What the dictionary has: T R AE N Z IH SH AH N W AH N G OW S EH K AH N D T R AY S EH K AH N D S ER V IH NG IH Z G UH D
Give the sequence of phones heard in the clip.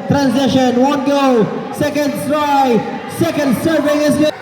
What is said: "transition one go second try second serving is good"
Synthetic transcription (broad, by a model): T R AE N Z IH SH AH N W AH N G OW S EH K AH N D S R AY S EH K AH N D S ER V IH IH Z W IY